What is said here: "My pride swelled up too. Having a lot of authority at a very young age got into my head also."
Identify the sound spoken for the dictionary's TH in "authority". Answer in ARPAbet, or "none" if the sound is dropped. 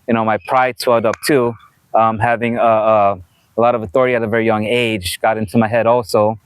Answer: TH